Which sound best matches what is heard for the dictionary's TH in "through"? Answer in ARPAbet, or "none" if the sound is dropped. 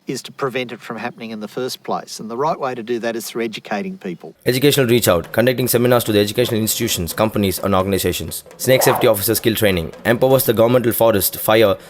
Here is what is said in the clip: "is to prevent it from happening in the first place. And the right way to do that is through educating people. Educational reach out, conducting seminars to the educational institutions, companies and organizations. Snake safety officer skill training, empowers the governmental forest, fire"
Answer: TH